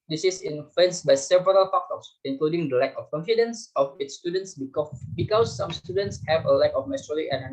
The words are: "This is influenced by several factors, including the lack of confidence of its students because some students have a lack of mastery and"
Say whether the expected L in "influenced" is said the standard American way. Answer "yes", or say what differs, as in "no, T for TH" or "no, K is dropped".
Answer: no, L is dropped